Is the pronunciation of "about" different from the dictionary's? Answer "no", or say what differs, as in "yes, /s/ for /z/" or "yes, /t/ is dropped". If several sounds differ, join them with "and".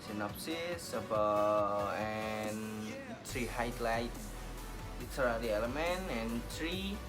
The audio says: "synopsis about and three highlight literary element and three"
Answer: yes, /t/ is dropped